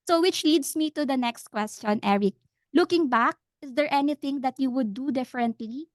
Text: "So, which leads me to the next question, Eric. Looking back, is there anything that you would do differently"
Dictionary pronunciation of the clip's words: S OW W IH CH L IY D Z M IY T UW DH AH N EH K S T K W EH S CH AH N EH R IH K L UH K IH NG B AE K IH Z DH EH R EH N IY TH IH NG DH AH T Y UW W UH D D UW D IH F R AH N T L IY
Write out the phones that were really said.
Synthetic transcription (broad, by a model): S OW W IH CH L IY D S M IY T UW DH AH N EH K S T K W EH S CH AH N EH R IH K L UH K IH NG B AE K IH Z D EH R EH N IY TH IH NG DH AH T Y UW W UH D D UW D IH F R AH N T L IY